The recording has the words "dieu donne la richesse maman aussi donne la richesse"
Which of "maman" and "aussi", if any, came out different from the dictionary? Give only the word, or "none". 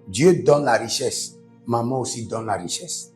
maman